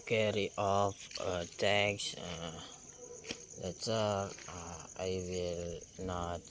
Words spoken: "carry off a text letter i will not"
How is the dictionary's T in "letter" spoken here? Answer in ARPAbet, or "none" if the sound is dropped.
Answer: S